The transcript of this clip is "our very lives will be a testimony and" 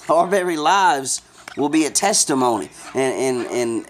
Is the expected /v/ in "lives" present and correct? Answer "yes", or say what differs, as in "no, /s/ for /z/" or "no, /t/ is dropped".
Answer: yes